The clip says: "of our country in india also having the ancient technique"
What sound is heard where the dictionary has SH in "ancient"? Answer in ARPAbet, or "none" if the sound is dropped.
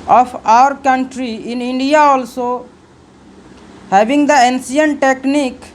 S